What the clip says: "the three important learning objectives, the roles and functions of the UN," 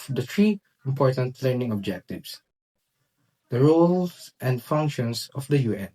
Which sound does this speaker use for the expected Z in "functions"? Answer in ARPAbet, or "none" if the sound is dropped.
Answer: S